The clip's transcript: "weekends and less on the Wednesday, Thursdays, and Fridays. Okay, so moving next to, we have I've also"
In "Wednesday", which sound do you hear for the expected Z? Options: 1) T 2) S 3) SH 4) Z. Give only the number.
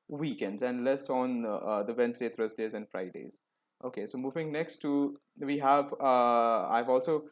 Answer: 2